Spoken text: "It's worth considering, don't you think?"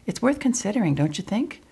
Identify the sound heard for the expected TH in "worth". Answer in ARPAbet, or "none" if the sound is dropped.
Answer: TH